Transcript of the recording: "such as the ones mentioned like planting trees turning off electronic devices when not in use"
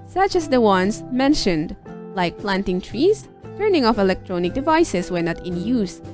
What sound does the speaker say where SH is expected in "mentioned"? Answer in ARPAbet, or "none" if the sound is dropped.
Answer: SH